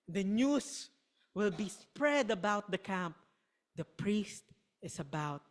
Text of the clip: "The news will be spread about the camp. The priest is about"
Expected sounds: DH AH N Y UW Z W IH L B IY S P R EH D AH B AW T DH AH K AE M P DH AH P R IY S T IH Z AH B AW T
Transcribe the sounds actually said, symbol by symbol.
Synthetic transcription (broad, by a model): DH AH N Y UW S W IH L B IY S P R EH D AH B AW T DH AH K AE M P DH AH P R IY S T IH S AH B AW T